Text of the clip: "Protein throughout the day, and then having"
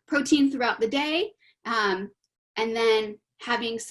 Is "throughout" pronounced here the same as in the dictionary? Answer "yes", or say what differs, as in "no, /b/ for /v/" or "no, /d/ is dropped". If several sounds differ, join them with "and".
yes